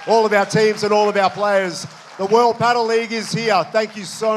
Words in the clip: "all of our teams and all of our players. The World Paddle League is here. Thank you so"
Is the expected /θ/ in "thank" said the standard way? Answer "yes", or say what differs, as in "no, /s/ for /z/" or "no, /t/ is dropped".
yes